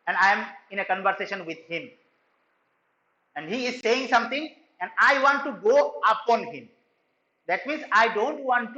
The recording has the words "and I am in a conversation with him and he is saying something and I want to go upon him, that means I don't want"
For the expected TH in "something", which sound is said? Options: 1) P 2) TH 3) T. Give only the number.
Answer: 3